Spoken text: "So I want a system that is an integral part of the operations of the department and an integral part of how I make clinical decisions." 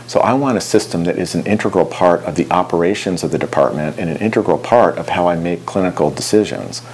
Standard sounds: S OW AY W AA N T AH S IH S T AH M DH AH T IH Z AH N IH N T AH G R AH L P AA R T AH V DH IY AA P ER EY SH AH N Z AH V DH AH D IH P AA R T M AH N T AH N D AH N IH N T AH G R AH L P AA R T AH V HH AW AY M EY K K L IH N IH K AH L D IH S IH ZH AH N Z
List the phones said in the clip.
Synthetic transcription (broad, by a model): S OW AY W AA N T AH S IH S T AH M DH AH T IH Z N IH N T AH G R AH L P AA R T AH V DH IY AA P ER EY SH AH N Z AH V DH AH D IH P AA R T M AH N T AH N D AH N IH N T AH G R L P AA R T AH V HH AW AY M EY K K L IH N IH K L D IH S IH ZH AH N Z